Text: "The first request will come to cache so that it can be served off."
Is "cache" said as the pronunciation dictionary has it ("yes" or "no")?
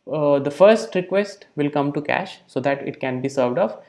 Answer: yes